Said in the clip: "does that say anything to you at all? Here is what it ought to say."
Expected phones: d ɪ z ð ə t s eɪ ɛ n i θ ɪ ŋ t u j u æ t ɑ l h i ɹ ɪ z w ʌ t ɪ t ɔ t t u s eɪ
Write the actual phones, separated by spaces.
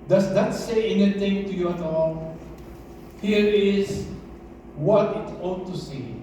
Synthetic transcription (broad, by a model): d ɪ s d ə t s eɪ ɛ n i t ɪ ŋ t u j u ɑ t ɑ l h i ɹ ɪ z w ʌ t ɪ t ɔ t t u s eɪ